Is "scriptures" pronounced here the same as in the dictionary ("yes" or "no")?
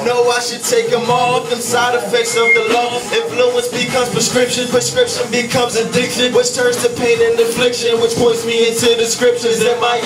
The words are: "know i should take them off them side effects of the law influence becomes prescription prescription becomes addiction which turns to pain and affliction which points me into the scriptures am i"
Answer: no